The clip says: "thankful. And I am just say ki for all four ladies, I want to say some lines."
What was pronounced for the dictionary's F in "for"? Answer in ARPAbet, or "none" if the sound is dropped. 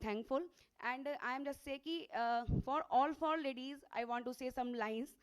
F